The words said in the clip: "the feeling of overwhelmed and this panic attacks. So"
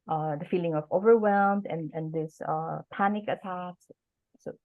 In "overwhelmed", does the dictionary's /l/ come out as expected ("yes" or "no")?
yes